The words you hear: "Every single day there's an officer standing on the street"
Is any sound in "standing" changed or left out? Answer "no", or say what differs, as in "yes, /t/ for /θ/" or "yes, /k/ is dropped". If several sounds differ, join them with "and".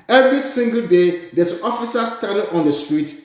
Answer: yes, /n/ is dropped